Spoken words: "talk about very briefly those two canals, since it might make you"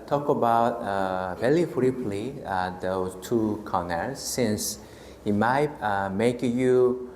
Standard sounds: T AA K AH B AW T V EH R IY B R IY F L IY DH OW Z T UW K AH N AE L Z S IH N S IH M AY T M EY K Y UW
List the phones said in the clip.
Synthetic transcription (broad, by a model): T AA K AH B AW T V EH L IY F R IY P L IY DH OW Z T UW K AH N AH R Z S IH N S IH M AY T M EY K Y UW